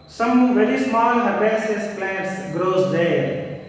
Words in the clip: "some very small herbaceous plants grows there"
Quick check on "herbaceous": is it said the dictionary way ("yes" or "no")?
no